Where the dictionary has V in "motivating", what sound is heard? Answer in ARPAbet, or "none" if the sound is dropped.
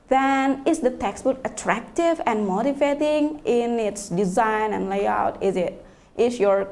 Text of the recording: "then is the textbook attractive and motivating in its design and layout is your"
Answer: F